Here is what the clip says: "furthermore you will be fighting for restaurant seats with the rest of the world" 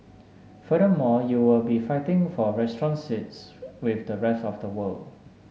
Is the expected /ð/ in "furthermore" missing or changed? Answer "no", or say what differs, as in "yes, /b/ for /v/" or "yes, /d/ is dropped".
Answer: yes, /ð/ is dropped